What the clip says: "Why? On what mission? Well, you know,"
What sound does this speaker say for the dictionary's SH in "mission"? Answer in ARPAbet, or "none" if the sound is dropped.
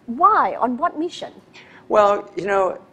SH